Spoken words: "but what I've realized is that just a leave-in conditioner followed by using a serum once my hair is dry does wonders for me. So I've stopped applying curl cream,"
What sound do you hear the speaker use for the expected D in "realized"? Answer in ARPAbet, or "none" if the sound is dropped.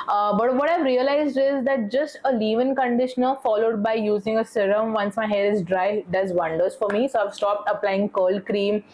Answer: D